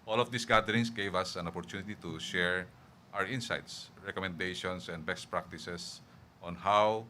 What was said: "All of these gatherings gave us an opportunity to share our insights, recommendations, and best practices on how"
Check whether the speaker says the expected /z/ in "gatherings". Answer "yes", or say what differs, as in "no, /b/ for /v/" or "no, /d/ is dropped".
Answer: no, /s/ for /z/